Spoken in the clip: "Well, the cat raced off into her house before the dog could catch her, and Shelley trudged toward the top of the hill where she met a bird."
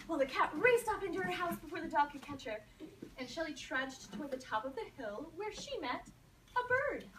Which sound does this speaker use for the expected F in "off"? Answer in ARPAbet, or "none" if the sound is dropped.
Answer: P